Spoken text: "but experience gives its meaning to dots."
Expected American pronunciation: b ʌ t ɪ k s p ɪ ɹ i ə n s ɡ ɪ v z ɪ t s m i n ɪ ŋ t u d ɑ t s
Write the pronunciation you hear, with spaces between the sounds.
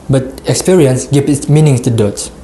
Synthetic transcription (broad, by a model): b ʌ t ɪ k s p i ɹ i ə n s ɡ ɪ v ɪ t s m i n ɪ ŋ t u d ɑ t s